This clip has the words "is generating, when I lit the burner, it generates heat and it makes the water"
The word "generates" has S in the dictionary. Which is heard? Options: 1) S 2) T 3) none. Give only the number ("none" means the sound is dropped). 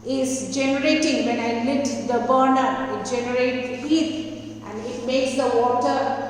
3